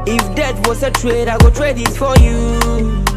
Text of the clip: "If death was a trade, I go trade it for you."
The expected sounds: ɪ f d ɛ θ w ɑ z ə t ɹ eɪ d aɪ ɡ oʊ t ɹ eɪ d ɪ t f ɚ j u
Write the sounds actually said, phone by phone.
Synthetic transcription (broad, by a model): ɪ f d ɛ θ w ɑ s ə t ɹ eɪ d aɪ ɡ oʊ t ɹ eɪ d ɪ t f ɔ j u